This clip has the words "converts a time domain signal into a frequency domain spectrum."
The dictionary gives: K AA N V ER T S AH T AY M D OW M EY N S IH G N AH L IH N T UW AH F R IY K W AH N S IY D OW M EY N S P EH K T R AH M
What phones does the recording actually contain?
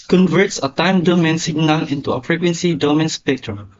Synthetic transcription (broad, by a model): K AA N V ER T S AH T AY M D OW M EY N S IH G N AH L IH N T UW AH P R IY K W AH N S IY D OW M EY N S P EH K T R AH M